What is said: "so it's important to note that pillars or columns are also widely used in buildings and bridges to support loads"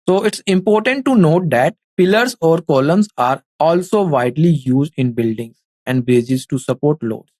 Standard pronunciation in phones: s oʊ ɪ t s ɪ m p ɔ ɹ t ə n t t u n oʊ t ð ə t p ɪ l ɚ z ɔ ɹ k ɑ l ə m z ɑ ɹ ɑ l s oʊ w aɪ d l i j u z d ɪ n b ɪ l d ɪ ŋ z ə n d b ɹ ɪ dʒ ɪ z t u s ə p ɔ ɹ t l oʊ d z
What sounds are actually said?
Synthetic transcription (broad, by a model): s oʊ ɪ t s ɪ m p ɔ ɹ t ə n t t u n oʊ t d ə t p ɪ l ɚ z ɔ ɹ k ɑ l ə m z ɑ ɹ ɑ l s oʊ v aɪ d l i j u z d ɪ n b ɪ l d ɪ ŋ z ə n d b ɛ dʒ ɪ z t u s ə p ɔ ɹ t l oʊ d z